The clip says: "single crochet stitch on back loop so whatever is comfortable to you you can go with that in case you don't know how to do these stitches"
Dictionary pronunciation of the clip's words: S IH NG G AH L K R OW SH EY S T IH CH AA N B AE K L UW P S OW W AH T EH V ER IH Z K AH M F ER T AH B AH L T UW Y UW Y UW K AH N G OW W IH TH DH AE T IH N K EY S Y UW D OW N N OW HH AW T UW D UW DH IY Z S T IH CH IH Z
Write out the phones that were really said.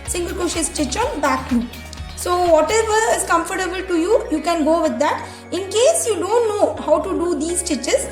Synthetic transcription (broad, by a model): S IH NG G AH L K OW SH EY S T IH CH AA N B AE K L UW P S OW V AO T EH V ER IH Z K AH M F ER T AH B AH L T UW Y UW Y UW K AH N G OW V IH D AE T IH N K EY S Y UW D OW N N OW HH AW T UW D UW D IY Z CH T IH CH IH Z